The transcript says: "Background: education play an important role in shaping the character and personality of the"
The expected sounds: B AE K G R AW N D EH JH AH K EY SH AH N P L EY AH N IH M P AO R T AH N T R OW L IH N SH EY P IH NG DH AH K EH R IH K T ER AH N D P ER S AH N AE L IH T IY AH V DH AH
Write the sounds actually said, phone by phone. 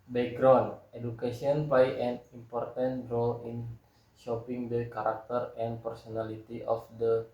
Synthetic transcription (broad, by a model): B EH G R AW N D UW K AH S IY AH N P L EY AH N IH M P AO R T AH N T R OW L IH N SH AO P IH NG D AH K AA R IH K T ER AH N P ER S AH N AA L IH T IY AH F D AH